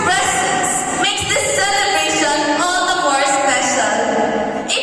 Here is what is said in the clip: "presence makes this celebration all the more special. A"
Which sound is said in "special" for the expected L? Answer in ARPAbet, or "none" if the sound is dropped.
N